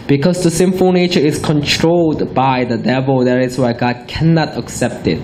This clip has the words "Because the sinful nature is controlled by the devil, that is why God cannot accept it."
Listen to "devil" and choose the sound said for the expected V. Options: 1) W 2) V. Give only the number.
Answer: 2